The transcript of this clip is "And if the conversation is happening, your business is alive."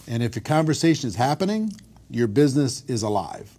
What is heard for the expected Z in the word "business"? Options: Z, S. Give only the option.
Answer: Z